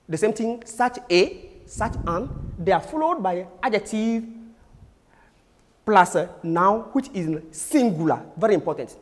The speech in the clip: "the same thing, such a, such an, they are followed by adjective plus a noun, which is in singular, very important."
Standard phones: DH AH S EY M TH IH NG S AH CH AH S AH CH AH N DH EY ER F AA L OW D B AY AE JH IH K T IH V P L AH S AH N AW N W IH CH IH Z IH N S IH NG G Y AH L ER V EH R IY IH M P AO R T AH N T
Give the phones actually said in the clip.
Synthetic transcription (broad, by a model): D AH S EY M T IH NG S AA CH AH S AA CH AH N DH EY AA F AA L OW D B AY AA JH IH T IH P L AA S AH N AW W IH CH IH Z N S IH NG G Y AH L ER V EH R IY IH M P AO T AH N T